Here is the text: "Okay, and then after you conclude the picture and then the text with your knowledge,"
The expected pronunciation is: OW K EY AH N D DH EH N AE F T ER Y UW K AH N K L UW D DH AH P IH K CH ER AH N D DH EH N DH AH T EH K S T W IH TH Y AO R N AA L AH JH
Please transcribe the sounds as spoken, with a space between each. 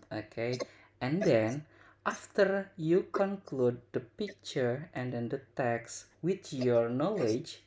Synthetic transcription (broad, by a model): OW K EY AH N D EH N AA F T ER Y UW K AH N K L UW D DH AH P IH K CH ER AH N D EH N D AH T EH K S W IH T Y AO R N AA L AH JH